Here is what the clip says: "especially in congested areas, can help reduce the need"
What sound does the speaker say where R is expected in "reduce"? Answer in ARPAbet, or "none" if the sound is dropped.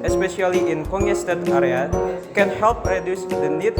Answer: R